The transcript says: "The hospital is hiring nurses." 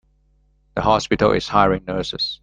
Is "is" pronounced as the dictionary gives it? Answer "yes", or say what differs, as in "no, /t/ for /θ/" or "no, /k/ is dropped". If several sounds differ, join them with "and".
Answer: no, /s/ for /z/